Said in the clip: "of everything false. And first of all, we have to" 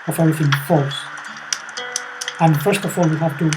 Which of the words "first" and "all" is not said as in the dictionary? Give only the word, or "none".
none